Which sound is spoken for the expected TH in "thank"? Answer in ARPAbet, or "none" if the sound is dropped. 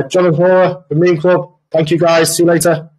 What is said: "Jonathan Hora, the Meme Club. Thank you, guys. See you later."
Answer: TH